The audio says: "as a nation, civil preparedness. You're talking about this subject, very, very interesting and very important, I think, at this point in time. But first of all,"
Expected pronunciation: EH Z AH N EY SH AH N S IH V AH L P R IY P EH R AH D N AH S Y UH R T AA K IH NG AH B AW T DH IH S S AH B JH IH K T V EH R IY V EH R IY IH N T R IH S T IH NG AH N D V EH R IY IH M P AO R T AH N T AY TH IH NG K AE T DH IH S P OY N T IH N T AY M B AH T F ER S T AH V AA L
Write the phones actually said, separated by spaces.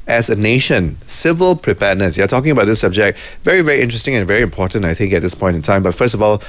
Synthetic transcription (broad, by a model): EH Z AH N EY SH AH N S IH V AH L P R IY P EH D N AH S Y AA T AA K IH NG AH B AW T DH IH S S AH B JH IH K T V EH R IY V EH R IY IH N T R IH S T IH NG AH N V EH R IY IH M P AO T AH N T AY TH IH NG K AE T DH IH S P OY N T IH N T AY M B AH T F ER S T AH V AA L